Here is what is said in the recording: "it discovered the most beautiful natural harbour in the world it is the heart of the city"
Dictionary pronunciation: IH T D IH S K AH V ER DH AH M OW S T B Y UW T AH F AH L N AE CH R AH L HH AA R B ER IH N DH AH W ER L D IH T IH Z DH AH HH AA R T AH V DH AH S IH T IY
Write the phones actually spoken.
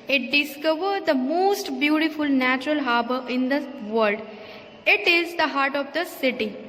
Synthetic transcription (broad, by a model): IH T D IH S K AH V ER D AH M OW S T B Y UW T AH F AH L N AE CH R AH L HH AA R B ER IH N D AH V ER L D IH T IH Z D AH HH AA R T AH V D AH S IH T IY